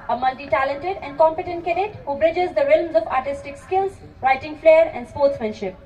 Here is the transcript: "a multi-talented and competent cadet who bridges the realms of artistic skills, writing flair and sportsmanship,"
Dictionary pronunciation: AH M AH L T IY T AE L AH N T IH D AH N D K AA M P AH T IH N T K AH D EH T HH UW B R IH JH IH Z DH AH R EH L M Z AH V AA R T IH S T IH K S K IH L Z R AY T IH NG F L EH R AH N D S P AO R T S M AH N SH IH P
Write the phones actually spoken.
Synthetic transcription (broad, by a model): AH M AH L T IY T AE L AH N T IH D AH N D K AA M P AH T IH N T K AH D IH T HH UW B R IH JH IH Z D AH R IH L M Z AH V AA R T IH S T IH K S K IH L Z R AY T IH NG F L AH R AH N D S P AO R T S M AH N SH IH P